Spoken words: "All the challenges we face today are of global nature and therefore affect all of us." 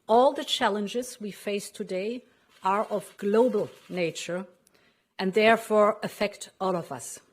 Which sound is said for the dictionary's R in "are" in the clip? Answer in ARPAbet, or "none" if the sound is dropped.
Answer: R